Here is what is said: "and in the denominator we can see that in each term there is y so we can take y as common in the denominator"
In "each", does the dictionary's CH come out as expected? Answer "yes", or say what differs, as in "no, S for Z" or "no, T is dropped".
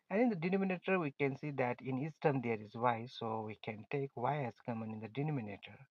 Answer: no, S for CH